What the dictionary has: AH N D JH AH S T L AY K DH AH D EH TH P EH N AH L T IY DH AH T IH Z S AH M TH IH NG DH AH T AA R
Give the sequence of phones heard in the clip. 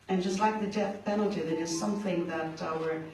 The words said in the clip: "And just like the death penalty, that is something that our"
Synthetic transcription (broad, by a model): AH N JH AH S T L AY K DH AH D EH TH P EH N L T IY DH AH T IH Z S AH M TH IH NG DH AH T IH R